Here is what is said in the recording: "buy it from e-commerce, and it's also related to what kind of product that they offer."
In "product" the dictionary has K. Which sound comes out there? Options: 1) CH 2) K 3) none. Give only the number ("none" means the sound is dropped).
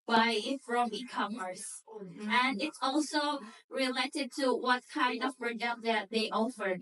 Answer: 3